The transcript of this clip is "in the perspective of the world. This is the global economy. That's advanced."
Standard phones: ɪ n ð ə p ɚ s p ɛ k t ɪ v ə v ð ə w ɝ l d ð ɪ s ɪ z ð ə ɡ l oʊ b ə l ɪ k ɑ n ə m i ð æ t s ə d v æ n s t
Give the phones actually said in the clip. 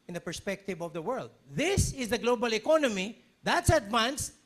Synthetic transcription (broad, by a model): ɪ n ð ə p ɚ s p ɛ k t ɪ v ə v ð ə w ɝ l d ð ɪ s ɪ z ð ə ɡ l oʊ b ə l ɪ k ɑ n ə m i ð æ t s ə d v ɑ n s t